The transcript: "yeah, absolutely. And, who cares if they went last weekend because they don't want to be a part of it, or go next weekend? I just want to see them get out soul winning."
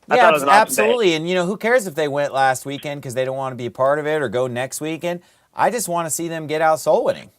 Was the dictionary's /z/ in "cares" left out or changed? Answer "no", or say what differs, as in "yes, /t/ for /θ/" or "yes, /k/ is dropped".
no